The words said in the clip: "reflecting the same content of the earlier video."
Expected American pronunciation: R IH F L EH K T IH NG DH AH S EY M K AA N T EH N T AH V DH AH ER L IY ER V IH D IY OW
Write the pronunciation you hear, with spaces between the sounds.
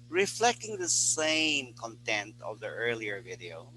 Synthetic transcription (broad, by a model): R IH F L EH K T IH NG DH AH S EY M K AA N T EH N T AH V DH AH ER L IY ER V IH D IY OW